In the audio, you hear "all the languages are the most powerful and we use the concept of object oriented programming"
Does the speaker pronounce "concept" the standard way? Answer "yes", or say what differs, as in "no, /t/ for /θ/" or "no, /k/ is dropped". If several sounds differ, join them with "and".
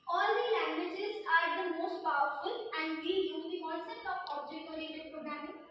no, /p/ is dropped